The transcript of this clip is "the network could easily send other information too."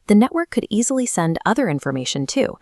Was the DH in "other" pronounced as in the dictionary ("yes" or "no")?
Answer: yes